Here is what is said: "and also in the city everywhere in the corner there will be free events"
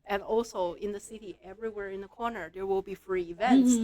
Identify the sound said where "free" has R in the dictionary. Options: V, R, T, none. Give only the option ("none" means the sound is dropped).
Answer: R